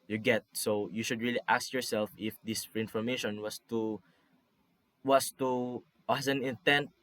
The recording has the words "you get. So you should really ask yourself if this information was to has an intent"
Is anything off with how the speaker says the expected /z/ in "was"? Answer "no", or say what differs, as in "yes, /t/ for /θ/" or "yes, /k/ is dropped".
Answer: yes, /s/ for /z/